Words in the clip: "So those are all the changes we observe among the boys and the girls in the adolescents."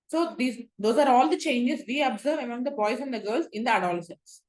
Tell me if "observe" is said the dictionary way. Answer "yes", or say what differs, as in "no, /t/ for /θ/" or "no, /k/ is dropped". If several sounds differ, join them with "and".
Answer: yes